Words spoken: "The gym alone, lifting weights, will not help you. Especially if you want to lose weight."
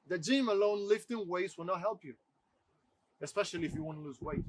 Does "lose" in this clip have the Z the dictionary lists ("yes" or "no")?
yes